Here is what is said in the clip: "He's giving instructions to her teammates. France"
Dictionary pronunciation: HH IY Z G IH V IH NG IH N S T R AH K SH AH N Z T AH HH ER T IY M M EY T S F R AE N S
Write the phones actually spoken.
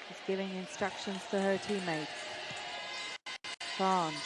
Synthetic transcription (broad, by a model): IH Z G IH V IH NG IH N S T R AH K SH AH N Z T AH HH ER T IY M M EY T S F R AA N